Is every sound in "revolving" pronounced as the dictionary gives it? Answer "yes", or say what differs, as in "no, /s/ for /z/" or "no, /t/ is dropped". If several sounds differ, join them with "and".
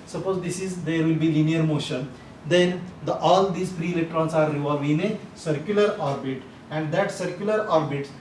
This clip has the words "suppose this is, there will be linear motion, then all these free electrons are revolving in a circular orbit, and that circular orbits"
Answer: no, /l/ is dropped